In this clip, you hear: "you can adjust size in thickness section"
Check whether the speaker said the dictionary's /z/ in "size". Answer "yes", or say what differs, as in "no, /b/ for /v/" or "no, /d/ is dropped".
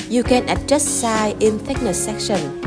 no, /z/ is dropped